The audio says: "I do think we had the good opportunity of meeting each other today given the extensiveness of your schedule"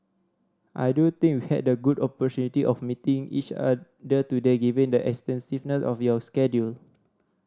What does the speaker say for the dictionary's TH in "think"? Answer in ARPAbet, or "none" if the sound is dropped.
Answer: T